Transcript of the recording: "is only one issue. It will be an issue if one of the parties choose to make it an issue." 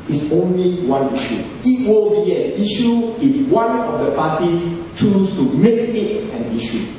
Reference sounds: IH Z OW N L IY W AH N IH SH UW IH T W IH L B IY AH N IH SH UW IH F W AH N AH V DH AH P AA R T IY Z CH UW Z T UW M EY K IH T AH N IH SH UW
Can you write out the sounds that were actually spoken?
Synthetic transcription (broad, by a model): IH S OW N L IY W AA N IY SH UW IH T W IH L B IY AH N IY SH UW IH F W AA N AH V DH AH P AA T IY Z CH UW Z T UW M EY K IH T AH N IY SH UW